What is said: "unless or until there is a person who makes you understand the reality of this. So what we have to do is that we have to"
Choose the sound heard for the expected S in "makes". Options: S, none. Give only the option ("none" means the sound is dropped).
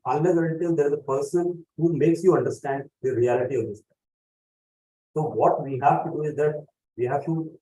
S